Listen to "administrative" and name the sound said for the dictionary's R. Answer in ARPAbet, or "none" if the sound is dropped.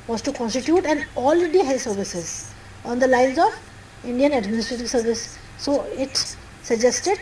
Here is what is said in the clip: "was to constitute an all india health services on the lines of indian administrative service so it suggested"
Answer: R